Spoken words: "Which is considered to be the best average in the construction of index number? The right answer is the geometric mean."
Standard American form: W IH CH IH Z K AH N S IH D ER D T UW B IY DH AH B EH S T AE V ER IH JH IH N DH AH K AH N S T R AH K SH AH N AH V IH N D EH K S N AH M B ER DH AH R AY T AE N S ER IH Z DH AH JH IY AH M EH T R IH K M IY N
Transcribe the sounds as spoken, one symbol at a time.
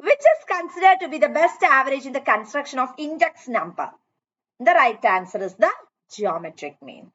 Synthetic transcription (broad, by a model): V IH CH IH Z K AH N S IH D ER D T UW B IY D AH B EH S T AE V ER IH JH IH N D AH K AH N S T R AH K SH AH N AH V IH N D EH K S N AH M B ER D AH R AY T AE N S ER IH Z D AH JH IY AH M EH T R IH K M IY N